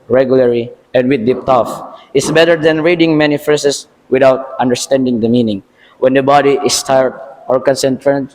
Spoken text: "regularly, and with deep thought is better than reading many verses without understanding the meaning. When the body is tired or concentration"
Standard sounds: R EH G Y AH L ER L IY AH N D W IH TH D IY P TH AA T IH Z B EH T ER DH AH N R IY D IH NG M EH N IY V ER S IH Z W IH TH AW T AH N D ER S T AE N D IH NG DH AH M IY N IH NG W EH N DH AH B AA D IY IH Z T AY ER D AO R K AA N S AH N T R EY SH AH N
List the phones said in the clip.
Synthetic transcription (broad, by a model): R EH G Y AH L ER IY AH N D W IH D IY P T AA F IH S B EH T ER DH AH N R IY D IH NG M EH N IY F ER S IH S W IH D AW T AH N D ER S T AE N D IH NG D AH M IY N IH NG W EH N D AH B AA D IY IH S T AY ER D AO R K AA N S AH N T R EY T